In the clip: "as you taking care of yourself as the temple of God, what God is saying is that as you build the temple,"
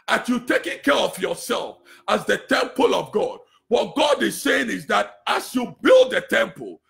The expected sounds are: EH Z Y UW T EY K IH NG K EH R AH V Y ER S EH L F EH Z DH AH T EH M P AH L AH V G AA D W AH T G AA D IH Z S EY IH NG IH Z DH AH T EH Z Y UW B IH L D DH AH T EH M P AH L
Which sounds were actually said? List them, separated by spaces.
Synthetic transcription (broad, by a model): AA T Y UW T EY K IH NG K EH R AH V Y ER S EH L F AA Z DH AH T EH M P AH L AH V G AA D W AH T G AA D IH Z S EY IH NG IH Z DH AH T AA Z Y UW B IH L D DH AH T EH M P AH L